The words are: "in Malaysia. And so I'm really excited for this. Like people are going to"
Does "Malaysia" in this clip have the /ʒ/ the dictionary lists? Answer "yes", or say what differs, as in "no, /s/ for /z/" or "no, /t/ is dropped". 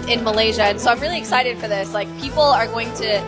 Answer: yes